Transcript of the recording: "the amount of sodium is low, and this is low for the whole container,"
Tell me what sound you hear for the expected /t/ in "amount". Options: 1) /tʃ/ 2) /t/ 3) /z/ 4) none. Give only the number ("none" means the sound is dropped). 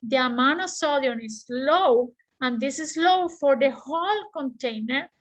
4